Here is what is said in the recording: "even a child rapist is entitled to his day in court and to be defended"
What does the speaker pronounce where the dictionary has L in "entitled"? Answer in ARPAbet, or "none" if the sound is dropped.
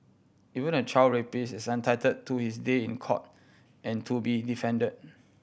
none